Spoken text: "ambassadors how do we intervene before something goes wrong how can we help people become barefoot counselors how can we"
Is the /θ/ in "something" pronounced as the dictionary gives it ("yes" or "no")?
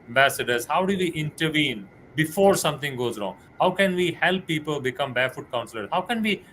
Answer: no